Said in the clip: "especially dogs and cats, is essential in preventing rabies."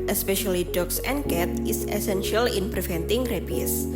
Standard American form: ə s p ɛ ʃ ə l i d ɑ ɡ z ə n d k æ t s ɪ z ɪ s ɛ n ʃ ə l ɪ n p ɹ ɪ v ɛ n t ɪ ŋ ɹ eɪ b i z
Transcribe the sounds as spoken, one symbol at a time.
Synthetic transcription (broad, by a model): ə s p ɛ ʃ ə l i d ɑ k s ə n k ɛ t ɪ s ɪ s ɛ n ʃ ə l ɪ n p ɹ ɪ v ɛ n t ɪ ŋ ɹ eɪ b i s